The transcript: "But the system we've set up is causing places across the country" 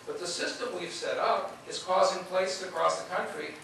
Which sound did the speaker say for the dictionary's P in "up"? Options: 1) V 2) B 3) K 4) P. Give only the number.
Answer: 4